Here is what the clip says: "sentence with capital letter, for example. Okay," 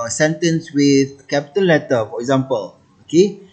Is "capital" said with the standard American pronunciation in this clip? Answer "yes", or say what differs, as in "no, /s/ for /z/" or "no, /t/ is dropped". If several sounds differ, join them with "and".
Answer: no, /n/ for /l/